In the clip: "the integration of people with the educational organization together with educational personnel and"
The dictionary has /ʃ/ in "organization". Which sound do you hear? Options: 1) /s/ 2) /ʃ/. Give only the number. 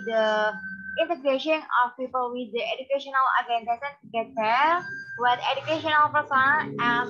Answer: 1